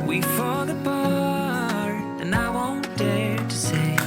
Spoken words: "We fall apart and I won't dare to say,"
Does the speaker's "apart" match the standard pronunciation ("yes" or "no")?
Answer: no